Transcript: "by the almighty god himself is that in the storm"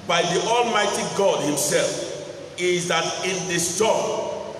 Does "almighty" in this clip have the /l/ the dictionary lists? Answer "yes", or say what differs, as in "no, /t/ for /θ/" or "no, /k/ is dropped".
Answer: yes